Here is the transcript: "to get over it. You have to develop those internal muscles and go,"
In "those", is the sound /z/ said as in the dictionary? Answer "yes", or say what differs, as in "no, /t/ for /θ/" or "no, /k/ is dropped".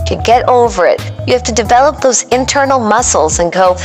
yes